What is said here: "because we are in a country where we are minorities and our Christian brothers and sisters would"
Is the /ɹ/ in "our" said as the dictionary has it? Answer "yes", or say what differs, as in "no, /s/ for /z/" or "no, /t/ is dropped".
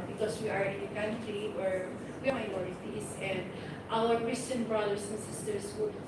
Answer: no, /l/ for /ɹ/